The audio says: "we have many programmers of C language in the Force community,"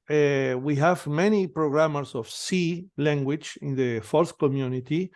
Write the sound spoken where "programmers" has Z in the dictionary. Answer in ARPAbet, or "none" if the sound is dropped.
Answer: S